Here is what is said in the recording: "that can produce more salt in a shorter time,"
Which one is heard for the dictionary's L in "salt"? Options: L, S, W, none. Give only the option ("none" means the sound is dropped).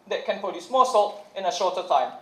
L